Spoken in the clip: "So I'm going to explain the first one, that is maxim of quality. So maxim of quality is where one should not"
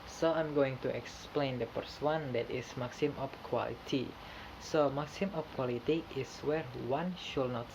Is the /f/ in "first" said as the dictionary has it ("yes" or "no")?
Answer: no